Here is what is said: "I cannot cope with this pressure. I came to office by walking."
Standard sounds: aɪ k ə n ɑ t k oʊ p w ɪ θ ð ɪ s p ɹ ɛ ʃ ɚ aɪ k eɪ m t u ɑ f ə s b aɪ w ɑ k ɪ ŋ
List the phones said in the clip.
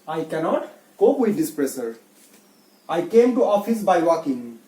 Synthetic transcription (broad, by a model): aɪ k ə n ɑ t k oʊ p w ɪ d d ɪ s p ɹ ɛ s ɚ aɪ k eɪ m t u ɑ f ə s b aɪ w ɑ k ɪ ŋ